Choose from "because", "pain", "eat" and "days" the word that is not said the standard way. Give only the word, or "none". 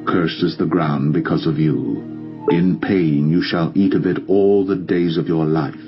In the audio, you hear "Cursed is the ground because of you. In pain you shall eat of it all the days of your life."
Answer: none